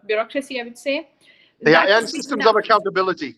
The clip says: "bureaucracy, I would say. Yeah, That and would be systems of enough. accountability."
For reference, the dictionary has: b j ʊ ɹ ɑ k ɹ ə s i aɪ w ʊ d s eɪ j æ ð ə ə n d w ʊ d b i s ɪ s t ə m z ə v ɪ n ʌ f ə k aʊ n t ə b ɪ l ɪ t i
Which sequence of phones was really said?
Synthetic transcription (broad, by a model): b j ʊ ɹ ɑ k ɹ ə s i aɪ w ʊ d s eɪ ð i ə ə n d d s ɪ s t ə m z ə v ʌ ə k aʊ n t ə b ɪ l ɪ t i